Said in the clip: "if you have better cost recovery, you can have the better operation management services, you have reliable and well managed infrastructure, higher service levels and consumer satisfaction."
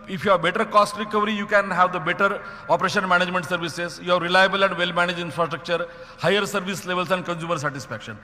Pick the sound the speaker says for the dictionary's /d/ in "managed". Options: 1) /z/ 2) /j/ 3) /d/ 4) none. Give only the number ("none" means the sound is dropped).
4